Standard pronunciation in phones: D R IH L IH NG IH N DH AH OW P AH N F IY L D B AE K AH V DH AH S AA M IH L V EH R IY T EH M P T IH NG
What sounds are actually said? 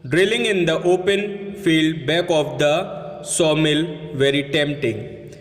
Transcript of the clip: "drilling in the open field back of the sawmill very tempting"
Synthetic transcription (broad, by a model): D R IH L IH NG IH N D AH OW P AH N F IY L D B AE K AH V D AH S AA M IH L V EH R IY T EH M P T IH NG